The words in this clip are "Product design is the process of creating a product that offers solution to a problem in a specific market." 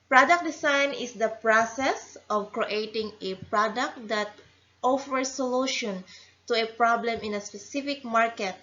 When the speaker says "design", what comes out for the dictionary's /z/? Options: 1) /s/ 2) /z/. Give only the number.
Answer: 1